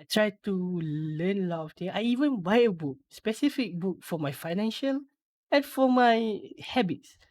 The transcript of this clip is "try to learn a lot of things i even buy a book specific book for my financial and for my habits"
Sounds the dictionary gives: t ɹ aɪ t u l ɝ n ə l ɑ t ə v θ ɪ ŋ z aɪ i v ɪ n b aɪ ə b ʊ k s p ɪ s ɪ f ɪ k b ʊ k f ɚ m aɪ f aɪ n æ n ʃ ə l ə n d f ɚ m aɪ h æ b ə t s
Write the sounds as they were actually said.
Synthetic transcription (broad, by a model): t ɹ aɪ t u l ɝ n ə l ɑ t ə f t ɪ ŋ aɪ i v ɪ n b aɪ ə b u k s p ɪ s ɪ f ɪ k b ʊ k f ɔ m aɪ f aɪ n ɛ n ʃ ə l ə n f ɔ m aɪ h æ b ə t s